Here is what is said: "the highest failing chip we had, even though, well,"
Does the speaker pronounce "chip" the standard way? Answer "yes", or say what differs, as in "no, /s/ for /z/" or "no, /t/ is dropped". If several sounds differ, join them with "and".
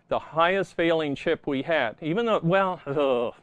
no, /ʃ/ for /tʃ/